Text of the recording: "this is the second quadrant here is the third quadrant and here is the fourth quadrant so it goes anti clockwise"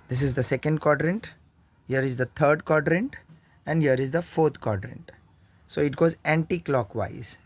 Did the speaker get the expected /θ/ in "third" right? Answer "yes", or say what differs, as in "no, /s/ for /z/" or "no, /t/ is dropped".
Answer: no, /t/ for /θ/